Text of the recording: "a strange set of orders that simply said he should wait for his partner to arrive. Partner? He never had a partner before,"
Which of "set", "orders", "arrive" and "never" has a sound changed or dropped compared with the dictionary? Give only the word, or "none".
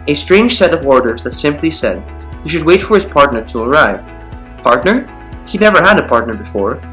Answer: none